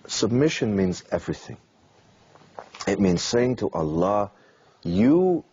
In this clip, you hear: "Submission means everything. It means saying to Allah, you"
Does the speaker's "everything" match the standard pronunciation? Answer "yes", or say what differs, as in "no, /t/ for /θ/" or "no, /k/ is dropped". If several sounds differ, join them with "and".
yes